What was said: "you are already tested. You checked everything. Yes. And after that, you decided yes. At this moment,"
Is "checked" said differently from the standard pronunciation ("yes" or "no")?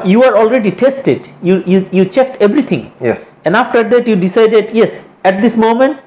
no